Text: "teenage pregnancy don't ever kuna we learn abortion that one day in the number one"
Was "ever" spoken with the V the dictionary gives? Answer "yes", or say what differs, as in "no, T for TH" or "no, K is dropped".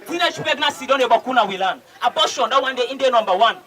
no, B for V